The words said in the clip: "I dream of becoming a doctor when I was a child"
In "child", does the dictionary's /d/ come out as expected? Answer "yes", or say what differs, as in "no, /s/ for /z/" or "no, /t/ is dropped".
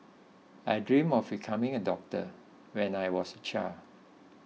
no, /d/ is dropped